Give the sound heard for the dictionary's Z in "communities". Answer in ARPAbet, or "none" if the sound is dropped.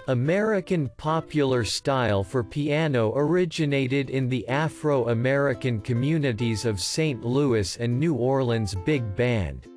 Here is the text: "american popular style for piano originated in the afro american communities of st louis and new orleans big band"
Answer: Z